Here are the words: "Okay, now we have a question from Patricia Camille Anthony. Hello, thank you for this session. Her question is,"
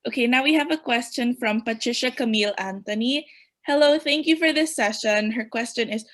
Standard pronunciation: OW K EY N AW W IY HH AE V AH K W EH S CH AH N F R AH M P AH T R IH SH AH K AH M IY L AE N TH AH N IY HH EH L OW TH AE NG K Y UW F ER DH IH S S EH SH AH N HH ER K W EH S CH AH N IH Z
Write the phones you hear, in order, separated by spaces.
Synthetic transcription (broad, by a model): OW K EY N AW W IY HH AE V AH K W EH S CH AH N F R AH M P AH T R IH SH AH K AH M IY L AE N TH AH N IY HH EH L OW TH AE NG K Y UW F ER DH IH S S EH SH AH N HH ER K W EH S CH AH N IH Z